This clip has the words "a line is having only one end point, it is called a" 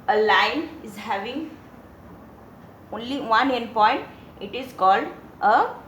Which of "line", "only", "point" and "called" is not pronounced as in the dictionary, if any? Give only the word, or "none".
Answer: none